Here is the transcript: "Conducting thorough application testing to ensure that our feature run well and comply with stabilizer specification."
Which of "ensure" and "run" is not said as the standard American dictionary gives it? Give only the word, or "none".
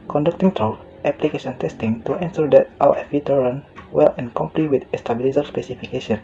ensure